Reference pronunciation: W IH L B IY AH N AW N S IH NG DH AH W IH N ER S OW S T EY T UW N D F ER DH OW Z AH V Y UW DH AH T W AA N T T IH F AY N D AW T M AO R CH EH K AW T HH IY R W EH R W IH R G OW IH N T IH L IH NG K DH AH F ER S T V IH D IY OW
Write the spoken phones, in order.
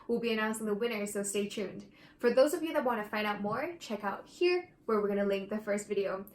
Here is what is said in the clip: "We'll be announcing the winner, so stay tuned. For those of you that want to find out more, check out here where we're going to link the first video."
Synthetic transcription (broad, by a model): W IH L B IY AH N AW N S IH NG DH AH W IH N ER S OW S T EY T UW N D F ER DH OW Z AH V Y UW DH AH T W AA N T T IH F AY N D AW T M AO R CH EH K AW T HH IY R W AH R W IH R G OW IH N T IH L IH NG K DH AH F ER S T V IH D IY OW